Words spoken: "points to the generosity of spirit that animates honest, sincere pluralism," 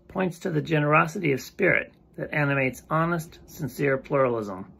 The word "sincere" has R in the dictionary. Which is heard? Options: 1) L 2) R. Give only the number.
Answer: 2